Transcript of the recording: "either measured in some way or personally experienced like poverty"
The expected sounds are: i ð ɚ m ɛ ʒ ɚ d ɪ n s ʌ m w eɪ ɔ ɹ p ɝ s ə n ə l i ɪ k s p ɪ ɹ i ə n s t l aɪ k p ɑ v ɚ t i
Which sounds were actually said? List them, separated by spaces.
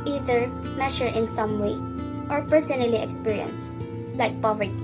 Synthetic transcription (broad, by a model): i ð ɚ m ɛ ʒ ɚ ɪ n s ʌ m w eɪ ɔ ɹ p ɝ s ə n ə l i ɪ k s p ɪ ɹ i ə n s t l aɪ k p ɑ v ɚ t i